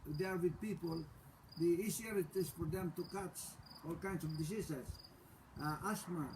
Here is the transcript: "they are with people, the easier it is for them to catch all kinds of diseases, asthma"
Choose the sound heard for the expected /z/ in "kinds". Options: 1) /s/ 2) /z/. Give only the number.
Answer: 1